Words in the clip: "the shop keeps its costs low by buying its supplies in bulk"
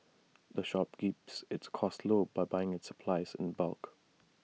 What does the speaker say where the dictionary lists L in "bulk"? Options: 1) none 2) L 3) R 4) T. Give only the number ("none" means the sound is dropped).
2